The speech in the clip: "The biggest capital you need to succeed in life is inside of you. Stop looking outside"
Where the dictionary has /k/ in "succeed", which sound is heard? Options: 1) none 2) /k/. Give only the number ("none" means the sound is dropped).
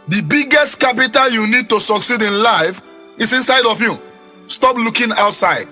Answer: 2